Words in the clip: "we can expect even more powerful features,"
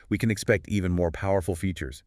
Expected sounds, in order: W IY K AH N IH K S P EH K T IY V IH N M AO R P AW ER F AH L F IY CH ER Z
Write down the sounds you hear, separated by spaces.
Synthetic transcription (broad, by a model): W IY K AH N IH K S P EH K T IY V IH N M AO R P AW ER F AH L F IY CH ER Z